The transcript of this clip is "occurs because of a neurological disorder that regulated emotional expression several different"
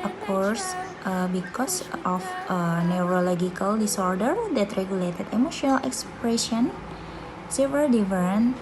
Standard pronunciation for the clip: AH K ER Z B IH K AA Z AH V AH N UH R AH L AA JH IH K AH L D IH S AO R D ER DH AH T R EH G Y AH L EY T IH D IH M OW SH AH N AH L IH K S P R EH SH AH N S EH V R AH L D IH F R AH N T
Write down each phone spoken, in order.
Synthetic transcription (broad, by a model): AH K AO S B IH K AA S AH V AH N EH R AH L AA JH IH K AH L D IH S AO R D ER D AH T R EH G Y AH L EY T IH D IH M OW SH AH N AH L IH K S P R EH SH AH N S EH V AH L D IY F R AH N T